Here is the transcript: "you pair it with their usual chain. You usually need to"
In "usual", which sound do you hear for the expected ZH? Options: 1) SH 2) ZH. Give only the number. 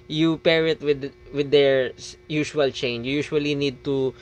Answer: 1